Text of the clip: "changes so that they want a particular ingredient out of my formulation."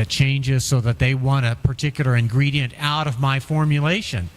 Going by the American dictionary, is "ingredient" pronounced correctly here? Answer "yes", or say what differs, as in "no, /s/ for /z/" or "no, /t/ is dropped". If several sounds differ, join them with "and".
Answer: yes